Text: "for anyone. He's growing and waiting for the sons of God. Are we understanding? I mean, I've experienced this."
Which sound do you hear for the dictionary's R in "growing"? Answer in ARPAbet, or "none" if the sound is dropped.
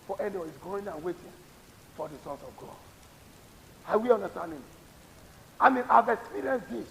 none